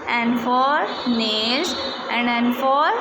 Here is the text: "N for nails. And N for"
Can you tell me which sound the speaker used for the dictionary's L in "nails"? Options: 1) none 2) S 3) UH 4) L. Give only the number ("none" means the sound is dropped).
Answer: 1